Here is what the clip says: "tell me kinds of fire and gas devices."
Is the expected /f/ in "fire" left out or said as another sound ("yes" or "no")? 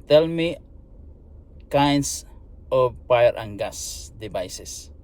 yes